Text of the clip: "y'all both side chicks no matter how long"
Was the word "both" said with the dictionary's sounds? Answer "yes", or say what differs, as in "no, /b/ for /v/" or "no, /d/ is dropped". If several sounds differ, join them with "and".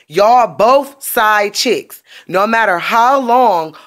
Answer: yes